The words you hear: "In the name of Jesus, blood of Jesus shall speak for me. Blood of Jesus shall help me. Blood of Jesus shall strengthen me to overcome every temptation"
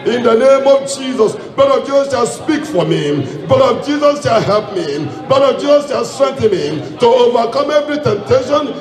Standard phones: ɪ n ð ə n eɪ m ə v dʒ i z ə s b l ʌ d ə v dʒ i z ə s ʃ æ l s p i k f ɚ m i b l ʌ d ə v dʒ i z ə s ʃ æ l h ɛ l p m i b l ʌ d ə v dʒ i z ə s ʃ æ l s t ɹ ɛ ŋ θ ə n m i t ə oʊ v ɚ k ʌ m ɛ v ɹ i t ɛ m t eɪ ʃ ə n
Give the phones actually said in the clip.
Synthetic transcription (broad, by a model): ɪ n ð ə n eɪ m ə v dʒ i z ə s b ɛ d ə v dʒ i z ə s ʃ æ s p i k f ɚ m i b ʌ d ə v dʒ i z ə s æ h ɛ p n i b ɛ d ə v dʒ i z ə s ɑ s t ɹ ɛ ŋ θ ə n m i t ə oʊ v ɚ k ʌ m ɛ v ɹ i t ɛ m t eɪ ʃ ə n